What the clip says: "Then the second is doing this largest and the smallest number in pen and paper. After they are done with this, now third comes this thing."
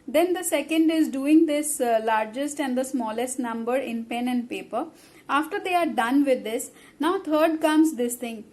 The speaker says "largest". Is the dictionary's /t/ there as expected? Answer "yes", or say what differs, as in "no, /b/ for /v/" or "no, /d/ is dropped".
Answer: yes